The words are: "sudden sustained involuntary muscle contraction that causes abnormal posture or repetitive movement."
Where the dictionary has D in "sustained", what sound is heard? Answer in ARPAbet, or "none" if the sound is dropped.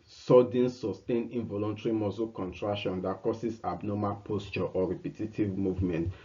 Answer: none